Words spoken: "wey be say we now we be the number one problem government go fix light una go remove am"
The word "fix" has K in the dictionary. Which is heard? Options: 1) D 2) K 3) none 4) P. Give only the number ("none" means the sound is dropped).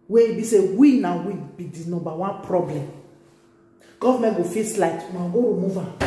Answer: 3